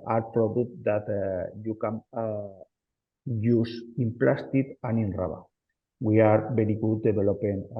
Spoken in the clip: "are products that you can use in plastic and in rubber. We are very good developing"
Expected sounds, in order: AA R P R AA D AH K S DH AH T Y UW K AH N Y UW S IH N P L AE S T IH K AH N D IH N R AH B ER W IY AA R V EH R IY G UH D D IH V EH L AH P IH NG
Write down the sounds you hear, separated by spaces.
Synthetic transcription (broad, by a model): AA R P R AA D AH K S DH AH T Y UW K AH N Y UW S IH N P L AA S T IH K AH N IH N R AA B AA W IY AA R B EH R IY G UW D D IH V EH L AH P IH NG